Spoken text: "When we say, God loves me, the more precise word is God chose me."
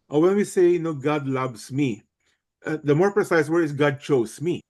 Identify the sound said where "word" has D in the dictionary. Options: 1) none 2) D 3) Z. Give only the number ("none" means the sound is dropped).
1